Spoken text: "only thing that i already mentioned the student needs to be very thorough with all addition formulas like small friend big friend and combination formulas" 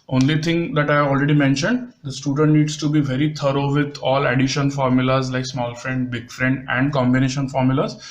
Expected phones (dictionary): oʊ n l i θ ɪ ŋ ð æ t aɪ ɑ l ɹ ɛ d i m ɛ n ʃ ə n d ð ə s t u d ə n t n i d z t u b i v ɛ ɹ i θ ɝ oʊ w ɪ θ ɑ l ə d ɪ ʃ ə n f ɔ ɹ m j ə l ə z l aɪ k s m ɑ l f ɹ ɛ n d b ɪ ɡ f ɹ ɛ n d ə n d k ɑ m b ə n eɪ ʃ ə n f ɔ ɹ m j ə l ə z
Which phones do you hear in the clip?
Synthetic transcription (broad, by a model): oʊ n l i t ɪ ŋ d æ t aɪ ɑ l ɹ ɛ d i m ɛ n ʃ ə n d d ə s t u d ə n t n i d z t u b i v ɛ ɹ i t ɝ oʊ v ɪ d ɑ l ə d ɪ ʃ ə n f ɔ ɹ m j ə l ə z l aɪ k s m ɑ l f ɹ ɛ n d b ɪ ɡ f ɹ ɛ n d ə n d k ɑ m b ə n eɪ ʃ ə n f ɔ ɹ m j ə l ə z